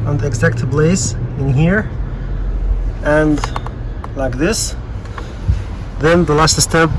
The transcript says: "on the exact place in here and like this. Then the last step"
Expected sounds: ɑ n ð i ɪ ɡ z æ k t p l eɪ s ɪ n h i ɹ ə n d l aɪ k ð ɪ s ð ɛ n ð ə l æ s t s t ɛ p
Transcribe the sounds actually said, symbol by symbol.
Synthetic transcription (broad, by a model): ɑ n ð i ɪ ɡ z æ k t b l eɪ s ɪ n h i ɹ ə n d l aɪ k ð ɪ s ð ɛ n ð ə l æ s t s t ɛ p